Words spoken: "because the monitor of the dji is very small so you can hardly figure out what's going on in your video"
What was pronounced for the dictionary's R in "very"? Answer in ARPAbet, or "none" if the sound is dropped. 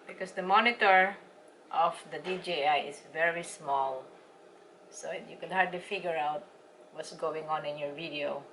R